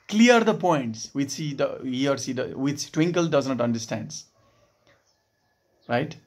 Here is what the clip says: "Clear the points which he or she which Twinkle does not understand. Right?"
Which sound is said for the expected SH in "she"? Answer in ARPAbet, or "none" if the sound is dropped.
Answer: S